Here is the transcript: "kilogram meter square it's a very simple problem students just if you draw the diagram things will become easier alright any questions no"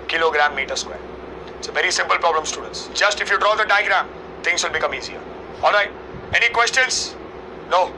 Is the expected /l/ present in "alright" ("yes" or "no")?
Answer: yes